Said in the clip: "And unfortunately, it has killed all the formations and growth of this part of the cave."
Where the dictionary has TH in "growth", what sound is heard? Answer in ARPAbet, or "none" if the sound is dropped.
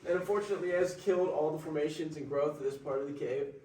TH